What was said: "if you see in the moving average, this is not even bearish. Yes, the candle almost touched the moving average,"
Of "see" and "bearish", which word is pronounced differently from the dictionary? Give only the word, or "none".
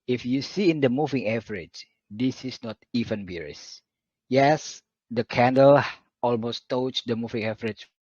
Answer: bearish